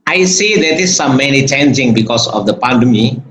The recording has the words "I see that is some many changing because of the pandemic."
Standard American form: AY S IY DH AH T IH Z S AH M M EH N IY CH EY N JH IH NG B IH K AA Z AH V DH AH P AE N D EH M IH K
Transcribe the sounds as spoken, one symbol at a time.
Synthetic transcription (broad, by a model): AY S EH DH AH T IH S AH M M EH N IY CH EY N JH IH NG B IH K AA S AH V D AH P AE N D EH M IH